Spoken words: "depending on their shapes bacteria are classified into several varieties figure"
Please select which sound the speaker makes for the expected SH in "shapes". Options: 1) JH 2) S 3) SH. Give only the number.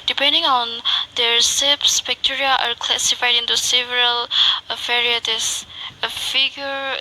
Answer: 2